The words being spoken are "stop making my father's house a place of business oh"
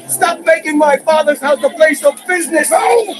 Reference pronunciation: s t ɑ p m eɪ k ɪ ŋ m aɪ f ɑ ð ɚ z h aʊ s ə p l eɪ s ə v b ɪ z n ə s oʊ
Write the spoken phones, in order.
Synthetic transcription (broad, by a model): s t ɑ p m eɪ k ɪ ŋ m aɪ f ɑ ð ɚ z h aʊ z ə p l eɪ s ə v b ɪ z n ə s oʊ